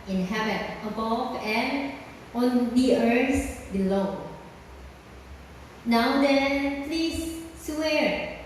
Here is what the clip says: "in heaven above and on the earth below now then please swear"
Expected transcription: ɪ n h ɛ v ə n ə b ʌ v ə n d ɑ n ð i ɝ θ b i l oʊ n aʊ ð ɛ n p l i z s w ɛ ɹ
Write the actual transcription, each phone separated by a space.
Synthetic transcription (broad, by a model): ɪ n h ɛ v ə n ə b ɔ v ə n ɑ n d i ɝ s b i l oʊ n aʊ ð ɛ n p l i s w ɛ ɹ